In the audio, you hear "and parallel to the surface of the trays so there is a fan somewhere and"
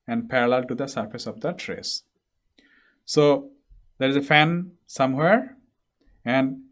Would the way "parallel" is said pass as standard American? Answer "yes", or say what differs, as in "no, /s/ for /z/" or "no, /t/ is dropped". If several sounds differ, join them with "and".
yes